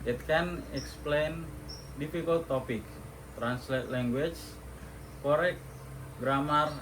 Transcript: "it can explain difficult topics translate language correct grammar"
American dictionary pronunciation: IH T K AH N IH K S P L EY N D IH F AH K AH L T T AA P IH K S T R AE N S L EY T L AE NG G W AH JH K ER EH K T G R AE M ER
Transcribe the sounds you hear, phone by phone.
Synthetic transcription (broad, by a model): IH T K AH N IH K S P L EY N D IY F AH K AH L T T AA P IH K T R AE N S L EY T L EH NG G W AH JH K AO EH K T G R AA M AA